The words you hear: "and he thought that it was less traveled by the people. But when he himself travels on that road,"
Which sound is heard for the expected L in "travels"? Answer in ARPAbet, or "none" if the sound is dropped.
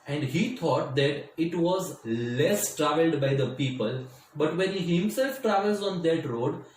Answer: L